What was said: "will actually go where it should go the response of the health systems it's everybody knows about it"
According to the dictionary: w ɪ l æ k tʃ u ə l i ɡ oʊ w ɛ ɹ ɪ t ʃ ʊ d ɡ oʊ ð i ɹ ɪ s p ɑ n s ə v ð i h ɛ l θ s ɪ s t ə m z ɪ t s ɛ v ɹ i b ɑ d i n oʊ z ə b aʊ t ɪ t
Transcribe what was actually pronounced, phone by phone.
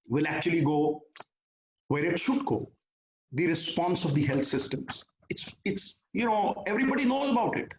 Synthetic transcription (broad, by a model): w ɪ l æ k tʃ u ə l i ɡ oʊ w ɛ ɹ ɪ t ʃ ʊ d ɡ oʊ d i ɹ ɪ s p ɑ n s ə v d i h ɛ l t s ɪ s t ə m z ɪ t s ɛ v ɹ i b ɑ d i n oʊ z ə b aʊ t ɪ t